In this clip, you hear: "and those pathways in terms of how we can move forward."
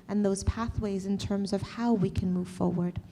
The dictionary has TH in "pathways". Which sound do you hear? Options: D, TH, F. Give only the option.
TH